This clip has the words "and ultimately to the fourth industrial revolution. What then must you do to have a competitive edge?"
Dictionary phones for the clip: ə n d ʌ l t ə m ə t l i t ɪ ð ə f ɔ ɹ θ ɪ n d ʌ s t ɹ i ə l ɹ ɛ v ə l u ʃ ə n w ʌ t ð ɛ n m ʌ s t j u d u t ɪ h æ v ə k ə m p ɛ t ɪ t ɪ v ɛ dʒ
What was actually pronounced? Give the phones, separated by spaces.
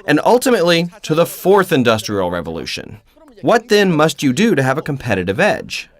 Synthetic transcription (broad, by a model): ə n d ʌ l t ə m ə t l i t ɪ ð ə f ɔ ɹ θ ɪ n d ʌ s t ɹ i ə l ɹ ɛ v ə l u ʃ ə n w ʌ t ð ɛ n m ʌ s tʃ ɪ d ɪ t ɪ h v ə k ə m p ɛ t ɪ t ɪ v ɛ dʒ